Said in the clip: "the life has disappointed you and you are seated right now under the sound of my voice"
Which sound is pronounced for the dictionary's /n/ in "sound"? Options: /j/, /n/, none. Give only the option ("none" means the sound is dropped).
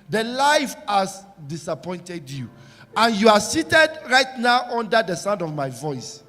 /n/